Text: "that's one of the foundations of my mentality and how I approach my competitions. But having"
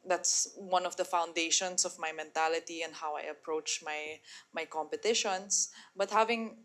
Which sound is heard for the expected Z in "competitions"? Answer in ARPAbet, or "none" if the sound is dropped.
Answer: S